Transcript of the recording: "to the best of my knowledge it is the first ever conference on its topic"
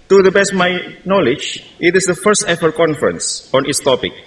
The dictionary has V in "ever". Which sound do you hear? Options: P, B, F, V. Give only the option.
F